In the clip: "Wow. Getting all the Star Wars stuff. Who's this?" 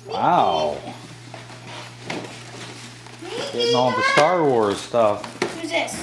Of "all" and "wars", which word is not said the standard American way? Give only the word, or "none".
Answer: all